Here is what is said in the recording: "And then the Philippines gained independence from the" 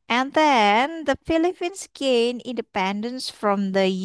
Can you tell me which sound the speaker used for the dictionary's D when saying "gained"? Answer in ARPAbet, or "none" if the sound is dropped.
none